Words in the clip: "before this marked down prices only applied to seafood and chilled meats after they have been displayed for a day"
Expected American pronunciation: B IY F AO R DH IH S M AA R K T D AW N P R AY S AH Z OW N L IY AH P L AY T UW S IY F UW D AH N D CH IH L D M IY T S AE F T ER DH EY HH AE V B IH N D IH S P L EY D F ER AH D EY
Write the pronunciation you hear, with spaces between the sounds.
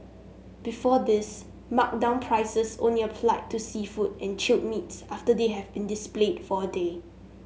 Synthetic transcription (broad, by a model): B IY F AO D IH S M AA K D AW N P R AY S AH S OW N L IY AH F L AY T UW S IY F UW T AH N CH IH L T M IY T S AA F T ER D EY HH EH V B IH N D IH S P L EY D F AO AH D EY